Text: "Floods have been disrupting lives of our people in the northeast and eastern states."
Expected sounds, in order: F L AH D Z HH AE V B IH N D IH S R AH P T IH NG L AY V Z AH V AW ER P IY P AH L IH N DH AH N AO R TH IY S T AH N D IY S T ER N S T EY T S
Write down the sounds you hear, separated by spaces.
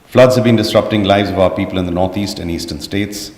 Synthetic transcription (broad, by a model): F L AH D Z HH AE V B IH N D IH S R AH P T IH NG L AY V Z AH V AW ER P IY P AH L IH N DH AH N AO R T IY S T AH N IY S T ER N S T EY T S